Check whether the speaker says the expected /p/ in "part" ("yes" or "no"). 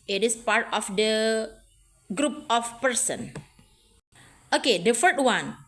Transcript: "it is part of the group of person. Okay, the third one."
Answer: yes